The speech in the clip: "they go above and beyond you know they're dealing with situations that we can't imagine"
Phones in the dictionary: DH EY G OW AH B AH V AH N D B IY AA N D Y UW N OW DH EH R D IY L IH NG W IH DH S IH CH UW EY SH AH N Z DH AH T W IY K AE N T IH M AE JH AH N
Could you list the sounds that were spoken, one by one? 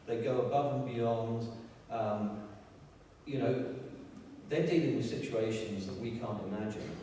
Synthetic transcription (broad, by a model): DH EY G OW AH B AH V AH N B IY AA N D Y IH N OW DH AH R D IY L IH NG W IH DH S IH CH UW EY SH AH N Z DH AH T W IY K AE N T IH M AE JH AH N